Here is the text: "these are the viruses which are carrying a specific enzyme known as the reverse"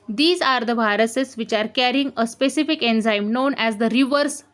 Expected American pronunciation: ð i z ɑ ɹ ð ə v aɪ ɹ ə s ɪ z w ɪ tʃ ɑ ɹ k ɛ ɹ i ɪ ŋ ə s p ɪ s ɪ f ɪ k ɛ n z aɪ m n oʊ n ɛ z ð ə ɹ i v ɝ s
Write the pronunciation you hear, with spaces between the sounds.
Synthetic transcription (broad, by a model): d i z ɑ ɹ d ə b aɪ ɹ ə s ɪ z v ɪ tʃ ɑ ɹ k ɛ ɹ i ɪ ŋ ə s p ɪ s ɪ f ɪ k ɛ n z aɪ m n oʊ n ɛ z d ə ɹ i v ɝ s